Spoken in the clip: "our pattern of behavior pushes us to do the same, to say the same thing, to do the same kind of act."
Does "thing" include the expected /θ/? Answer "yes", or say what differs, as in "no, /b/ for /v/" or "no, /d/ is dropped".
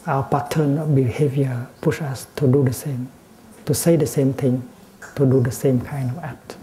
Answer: no, /t/ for /θ/